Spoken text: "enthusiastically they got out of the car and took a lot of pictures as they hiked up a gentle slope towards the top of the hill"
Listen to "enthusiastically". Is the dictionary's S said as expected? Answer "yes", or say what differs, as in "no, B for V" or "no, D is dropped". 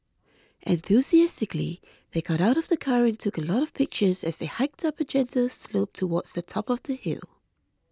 yes